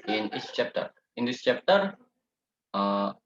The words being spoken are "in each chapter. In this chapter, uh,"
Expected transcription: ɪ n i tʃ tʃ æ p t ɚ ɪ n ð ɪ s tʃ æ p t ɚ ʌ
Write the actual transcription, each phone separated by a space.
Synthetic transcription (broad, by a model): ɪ n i s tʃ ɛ p t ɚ ɪ n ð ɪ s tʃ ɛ p t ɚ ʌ